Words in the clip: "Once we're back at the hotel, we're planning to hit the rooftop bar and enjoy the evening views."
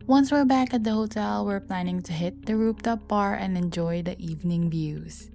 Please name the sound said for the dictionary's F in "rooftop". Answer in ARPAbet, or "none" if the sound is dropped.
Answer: P